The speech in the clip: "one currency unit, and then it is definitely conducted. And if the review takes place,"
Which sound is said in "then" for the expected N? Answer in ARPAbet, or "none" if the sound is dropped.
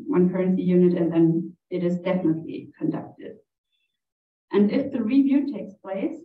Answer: N